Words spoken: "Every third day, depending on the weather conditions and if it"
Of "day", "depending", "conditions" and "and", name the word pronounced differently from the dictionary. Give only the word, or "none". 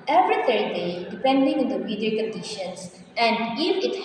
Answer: conditions